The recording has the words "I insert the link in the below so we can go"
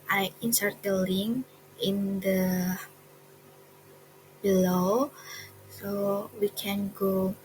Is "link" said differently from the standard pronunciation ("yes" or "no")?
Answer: yes